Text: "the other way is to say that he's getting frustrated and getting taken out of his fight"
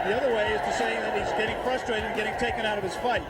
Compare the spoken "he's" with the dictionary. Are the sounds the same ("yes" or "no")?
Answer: yes